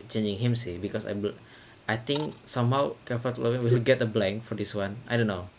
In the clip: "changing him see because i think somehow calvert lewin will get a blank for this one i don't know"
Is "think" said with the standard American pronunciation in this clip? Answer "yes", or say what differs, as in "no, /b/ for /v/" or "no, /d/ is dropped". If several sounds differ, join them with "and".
no, /t/ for /θ/